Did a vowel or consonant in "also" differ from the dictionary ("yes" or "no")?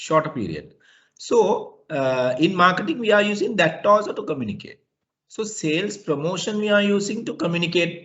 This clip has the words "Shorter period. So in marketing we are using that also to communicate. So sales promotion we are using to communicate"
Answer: yes